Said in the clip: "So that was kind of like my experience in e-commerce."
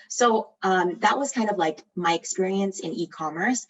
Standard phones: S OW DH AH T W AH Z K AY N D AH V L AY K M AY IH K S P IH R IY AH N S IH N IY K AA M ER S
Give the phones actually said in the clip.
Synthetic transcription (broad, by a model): S OW DH AH T W AH Z K AY N D AH V L AY K M AY IH K S P IH R IY AH N S IH N IY K AA M ER S